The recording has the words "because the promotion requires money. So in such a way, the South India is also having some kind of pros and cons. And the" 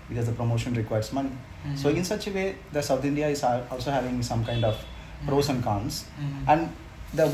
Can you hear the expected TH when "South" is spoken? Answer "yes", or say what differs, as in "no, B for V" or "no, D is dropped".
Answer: no, T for TH